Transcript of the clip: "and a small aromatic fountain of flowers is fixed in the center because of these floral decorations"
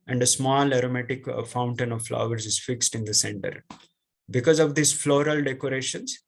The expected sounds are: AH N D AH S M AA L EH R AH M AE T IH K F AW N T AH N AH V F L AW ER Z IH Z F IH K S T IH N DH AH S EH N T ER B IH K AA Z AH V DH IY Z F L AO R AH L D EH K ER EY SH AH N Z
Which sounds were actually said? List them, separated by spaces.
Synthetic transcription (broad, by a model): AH N D AH S M AA L EH R AH M AE T IH K F AW N T AH N AH V F L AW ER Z IH Z F IH K S T IH N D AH S EH N T ER B IH K AA Z AH V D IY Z F L AO R AH L D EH K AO EY SH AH N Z